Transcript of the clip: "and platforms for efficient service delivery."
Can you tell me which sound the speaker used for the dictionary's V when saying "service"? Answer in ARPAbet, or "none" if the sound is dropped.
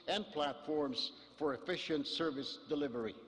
V